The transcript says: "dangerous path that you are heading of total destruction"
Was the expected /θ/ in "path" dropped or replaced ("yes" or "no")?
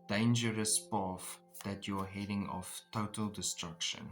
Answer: yes